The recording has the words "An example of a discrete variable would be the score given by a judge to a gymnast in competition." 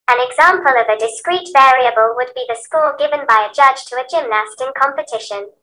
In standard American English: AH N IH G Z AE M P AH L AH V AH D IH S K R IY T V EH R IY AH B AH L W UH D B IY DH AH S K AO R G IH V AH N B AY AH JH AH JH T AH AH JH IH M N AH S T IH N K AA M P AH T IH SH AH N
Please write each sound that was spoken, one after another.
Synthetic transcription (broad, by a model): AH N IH G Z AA M P AH L AH V AH D IH S K R IY T V EH R IY AH B AH L W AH D B IY DH AH S K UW L G IH V AH N B AY AH JH AH JH T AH AH JH IH M N AH S T IH N K AA M P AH T IH SH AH N